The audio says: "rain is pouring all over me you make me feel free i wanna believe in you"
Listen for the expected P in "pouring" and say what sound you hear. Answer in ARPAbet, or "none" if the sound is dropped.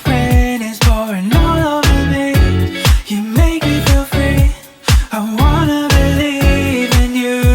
B